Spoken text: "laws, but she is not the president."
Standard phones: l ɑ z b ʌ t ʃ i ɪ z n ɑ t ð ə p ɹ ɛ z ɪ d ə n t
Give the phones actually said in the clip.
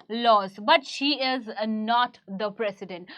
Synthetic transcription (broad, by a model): l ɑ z b ʌ t ʃ i ɪ z n ɑ t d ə p ɹ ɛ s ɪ d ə n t